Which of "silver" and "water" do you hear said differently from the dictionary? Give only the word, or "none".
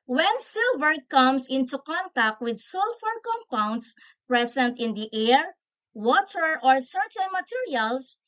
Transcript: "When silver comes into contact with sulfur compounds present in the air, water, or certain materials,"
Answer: none